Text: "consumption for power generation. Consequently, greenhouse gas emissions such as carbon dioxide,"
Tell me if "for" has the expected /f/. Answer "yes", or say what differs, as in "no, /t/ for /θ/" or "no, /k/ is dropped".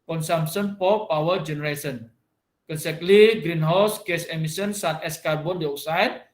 no, /p/ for /f/